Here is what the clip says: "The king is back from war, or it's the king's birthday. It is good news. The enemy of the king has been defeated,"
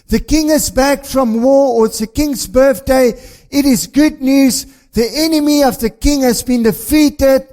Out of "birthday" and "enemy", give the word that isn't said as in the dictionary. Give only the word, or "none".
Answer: none